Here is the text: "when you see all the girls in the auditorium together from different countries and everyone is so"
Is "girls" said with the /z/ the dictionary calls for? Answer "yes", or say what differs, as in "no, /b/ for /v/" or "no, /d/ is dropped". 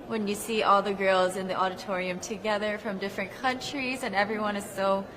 yes